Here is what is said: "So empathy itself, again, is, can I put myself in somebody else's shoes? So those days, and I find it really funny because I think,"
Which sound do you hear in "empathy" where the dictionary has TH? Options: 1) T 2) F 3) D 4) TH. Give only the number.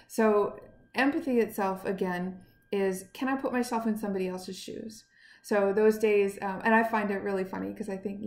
4